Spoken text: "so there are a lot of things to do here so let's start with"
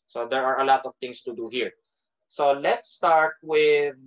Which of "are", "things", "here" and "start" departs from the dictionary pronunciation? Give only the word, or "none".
things